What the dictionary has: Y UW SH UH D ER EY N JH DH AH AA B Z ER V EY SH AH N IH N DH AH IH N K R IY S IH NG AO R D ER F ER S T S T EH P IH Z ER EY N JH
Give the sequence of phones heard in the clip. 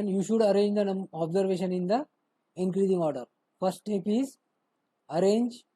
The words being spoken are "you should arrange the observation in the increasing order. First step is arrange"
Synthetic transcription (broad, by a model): Y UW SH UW D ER EY N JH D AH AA B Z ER V EY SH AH N IH N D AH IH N K R IY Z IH NG AO R D ER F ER T S T EH P IH Z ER EY N JH